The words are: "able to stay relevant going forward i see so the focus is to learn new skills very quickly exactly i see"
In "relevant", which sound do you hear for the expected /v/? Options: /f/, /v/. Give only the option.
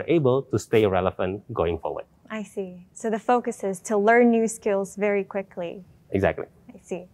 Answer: /f/